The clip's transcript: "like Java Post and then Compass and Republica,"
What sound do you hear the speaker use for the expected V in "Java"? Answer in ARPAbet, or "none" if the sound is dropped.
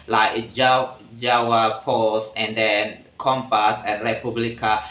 W